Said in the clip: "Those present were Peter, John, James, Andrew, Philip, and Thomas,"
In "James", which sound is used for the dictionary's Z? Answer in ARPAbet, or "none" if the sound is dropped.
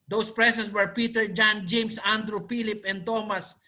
S